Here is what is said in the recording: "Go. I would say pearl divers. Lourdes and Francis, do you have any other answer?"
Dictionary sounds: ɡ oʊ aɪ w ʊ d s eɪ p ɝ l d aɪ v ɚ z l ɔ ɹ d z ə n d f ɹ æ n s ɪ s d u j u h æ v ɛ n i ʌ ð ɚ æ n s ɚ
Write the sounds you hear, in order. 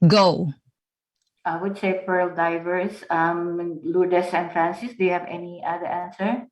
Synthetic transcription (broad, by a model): ɡ oʊ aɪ w ʊ d s eɪ p ɝ l d aɪ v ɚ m l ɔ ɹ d s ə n f ɹ æ n s ɪ s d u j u h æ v ɛ n i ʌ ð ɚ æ n s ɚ